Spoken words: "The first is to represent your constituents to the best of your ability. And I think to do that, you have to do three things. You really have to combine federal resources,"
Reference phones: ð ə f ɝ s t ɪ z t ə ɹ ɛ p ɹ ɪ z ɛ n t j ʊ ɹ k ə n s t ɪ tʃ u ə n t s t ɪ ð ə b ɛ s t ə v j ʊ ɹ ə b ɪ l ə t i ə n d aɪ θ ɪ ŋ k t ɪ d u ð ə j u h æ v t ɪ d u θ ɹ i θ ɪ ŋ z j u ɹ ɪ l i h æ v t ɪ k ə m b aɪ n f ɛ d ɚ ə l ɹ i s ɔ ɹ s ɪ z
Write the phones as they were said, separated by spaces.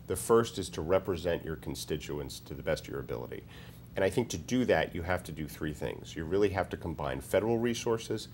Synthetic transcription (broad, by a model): ð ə f ɝ s t ɪ z t ə ɹ ɛ p ɹ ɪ z ɛ n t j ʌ ɹ k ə n s t ɪ tʃ u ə n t s t ɪ ð ə b ɛ s t ə v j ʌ ɹ ə b ɪ l ə t i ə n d aɪ θ ɪ ŋ k t ɪ d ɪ ð ə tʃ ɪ h æ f t ɪ d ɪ θ ɹ i θ ɪ ŋ z j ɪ ɹ ɪ l i h æ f t ɪ k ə m b aɪ n f ɛ d ɚ l ɹ i s ɔ ɹ s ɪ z